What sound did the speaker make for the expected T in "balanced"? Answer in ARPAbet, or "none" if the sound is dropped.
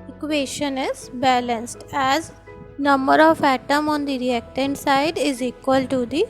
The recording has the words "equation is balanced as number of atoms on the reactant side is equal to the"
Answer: T